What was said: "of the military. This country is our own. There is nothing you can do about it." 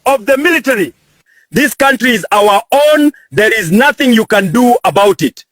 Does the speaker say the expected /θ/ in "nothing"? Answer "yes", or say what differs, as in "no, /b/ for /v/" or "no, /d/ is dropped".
yes